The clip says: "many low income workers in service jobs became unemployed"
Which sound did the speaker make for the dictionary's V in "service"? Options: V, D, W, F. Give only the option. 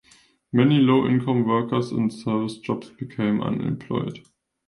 V